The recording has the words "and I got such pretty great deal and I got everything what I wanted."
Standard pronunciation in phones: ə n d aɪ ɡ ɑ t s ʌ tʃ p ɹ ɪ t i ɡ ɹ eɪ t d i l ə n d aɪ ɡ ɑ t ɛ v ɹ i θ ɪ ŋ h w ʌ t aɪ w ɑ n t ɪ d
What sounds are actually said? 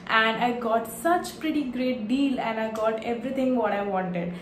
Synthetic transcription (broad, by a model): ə n d aɪ ɡ ɑ t s ʌ tʃ p ɹ ɪ t i ɡ ɹ eɪ t d i l ə n d aɪ ɡ ɑ t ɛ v ɹ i t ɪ ŋ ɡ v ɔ t aɪ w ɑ n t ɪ d